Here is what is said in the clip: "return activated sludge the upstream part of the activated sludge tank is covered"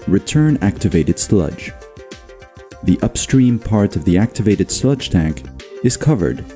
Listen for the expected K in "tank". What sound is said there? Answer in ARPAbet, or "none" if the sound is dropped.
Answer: K